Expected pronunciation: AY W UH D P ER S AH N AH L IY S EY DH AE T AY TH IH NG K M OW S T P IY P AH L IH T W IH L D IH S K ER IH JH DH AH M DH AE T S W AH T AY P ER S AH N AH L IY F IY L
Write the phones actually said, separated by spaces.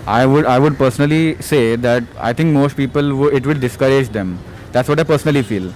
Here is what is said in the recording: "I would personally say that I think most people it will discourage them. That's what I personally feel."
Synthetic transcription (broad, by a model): AY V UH D P ER S AH N AH L IY S EY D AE T AY T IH NG K M OW S T P IY P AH L IH T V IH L D IH S K ER IH JH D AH M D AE T S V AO T AY P ER S AH N AH L IY F IY L